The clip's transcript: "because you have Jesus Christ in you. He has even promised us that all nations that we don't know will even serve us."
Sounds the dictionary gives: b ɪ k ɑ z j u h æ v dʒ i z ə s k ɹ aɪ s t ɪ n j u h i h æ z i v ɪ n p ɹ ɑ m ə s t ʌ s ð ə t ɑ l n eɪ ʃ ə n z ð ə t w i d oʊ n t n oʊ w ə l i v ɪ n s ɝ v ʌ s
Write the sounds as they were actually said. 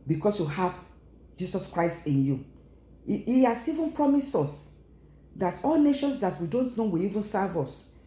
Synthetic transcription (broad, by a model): b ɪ k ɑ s j u h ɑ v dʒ i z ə s k ɹ aɪ s t ɪ n j u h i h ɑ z i v ɪ n p ɹ ɑ m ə s ɔ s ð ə t ɑ l n eɪ ʃ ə n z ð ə t w i d oʊ n t n oʊ w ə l i v ɪ n s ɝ v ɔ s